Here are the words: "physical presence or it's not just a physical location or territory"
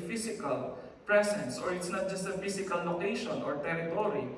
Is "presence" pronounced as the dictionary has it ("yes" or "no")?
no